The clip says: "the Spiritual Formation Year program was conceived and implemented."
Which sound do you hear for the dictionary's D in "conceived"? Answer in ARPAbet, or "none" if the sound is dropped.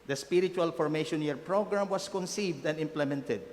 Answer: D